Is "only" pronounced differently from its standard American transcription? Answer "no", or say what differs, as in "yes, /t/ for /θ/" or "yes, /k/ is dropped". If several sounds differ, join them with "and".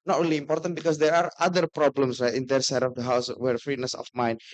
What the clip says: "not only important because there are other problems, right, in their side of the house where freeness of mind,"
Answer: yes, /n/ is dropped